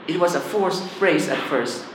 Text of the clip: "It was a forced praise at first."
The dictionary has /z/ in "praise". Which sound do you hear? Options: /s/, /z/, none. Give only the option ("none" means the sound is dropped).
/s/